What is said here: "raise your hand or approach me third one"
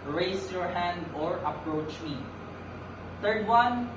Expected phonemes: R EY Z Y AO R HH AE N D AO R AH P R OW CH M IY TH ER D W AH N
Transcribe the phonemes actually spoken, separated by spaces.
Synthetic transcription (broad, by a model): R EY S Y AO R HH AE N D AO R AH P R OW CH M IY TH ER D W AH N